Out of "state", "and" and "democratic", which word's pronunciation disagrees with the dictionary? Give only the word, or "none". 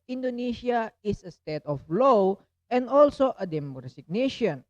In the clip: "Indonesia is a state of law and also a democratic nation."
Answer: democratic